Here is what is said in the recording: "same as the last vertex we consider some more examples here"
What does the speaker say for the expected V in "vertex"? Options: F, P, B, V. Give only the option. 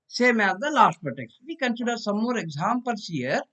P